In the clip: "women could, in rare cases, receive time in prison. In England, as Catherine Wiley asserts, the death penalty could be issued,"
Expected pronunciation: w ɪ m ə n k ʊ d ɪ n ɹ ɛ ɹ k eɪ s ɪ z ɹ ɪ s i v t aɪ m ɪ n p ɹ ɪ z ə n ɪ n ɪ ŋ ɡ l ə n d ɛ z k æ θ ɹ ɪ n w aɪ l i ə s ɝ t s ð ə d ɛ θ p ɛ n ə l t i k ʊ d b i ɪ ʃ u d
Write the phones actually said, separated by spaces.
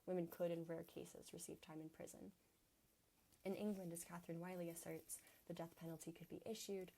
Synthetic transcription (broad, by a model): w ɪ m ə n k ʊ d ɪ n ɹ ɛ ɹ k eɪ s ɪ z ɹ ɪ s i v t aɪ m ɪ n p ɹ ɪ z ə n ɪ n ɪ ŋ ɡ l ə n d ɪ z k æ θ ɹ ɪ n w aɪ l i ə s ɝ t s ð ə d ɛ θ p ɛ n l t i k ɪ d b i ɪ ʃ u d